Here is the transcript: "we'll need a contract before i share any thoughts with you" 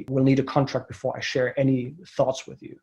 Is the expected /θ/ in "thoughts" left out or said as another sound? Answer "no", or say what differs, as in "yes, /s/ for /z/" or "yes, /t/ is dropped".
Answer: no